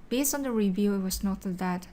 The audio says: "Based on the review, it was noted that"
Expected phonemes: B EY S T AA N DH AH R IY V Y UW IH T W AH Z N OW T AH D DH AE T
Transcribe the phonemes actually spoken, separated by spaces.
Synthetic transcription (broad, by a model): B EY S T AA N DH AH R IY V Y UW IH T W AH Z N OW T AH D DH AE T